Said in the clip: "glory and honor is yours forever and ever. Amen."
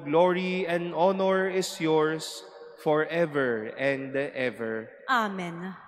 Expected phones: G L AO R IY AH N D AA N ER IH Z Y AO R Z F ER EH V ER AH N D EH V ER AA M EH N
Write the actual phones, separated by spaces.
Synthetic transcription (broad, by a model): G L AO R IY AH N D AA N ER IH S Y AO R S F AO EH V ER AH N D EH V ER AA M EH N